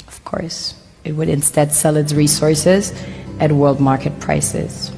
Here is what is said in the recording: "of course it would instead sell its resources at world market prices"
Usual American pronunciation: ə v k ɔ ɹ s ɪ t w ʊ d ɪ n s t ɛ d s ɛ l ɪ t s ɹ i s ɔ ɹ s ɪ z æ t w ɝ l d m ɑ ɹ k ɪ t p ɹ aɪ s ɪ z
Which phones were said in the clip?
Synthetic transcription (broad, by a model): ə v k ɔ ɹ s ɪ t w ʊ d ɪ n s t ɛ d s ɛ l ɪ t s ɹ i s ɔ ɹ s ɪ z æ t w ɝ l d m ɑ ɹ k ɪ t p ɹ aɪ s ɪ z